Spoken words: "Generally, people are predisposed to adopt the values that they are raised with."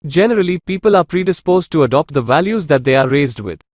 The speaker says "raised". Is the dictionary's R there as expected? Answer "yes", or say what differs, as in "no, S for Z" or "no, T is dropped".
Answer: yes